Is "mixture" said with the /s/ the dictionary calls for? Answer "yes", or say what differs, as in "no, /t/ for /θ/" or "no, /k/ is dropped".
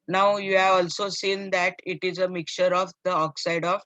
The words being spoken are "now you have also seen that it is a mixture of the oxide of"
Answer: no, /s/ is dropped